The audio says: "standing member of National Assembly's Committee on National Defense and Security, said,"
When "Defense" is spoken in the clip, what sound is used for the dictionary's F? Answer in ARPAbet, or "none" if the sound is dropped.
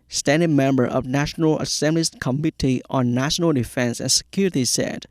F